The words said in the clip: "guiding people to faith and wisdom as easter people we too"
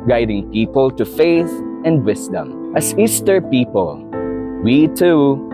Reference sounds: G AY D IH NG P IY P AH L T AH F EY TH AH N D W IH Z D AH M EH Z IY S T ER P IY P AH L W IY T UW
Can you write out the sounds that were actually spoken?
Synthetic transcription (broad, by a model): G AY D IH NG P IY P AH L T AH F EY TH AH N D W IH S D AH M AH S IY S T ER P IY P AH L W IY T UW